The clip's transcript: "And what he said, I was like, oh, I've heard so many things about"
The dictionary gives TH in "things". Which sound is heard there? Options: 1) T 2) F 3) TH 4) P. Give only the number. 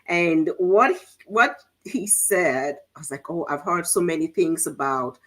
3